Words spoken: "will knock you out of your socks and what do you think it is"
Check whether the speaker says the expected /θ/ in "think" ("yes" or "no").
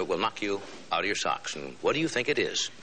yes